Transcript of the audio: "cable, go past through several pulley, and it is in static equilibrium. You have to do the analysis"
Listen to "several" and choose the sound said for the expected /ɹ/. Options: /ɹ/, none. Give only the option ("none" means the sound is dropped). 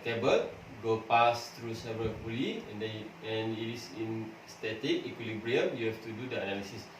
none